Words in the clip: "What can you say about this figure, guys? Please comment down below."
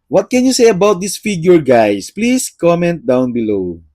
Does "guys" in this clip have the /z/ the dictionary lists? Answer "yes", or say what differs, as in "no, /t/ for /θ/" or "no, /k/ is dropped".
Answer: no, /s/ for /z/